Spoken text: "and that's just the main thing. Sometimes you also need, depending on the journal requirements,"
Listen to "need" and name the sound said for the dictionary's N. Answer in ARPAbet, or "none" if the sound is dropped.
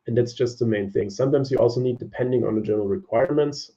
N